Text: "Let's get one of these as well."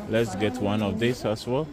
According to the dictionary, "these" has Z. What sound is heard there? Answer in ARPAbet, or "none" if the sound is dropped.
S